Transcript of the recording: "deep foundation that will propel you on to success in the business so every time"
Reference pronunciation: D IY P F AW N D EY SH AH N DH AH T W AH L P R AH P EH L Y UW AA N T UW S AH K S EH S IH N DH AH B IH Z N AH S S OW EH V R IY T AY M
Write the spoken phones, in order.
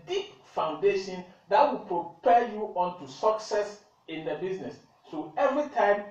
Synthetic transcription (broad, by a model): D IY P F AW N D EY SH AH N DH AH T W AH L P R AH P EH Y UW AA N T UW S AH K S EH S IH N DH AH B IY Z N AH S S OW EH V R IY T AY M